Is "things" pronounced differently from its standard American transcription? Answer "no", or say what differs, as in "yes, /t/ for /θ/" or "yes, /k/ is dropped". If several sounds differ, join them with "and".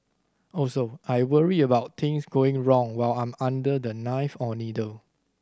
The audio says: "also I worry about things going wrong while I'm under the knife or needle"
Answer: yes, /t/ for /θ/ and /s/ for /z/